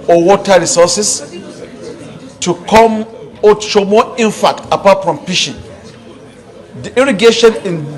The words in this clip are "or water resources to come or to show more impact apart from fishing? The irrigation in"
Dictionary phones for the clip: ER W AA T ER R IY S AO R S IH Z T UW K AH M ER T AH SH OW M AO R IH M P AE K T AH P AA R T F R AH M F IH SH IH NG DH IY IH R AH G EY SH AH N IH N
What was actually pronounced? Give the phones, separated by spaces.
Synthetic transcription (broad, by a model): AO W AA T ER R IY S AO S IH S T UW K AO M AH SH OW M AO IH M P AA K T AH P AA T F R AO M P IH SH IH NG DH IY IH R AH G EY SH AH N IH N